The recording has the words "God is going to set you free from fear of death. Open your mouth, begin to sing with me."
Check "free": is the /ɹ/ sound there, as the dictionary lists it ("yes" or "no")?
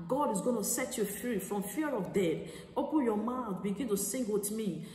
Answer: yes